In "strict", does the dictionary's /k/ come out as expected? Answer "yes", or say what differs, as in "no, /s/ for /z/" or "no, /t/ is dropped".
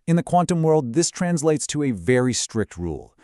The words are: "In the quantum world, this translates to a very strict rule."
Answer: yes